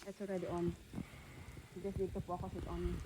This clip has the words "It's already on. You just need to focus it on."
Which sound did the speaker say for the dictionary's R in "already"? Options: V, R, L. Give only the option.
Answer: R